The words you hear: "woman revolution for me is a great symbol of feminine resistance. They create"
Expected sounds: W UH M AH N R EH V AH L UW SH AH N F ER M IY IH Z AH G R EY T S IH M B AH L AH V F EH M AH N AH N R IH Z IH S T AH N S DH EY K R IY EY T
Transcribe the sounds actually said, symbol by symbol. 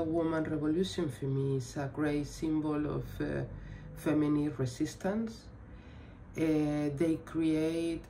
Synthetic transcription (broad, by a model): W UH M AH N R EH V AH L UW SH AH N F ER M IY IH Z AH G R EY T S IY M B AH L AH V F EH M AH N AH R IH S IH S T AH N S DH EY K R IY EY T